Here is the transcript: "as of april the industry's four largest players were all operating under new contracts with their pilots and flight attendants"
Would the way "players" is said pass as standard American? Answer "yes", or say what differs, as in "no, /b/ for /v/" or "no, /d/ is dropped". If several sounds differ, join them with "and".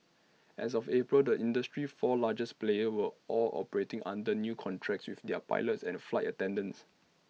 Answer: no, /z/ is dropped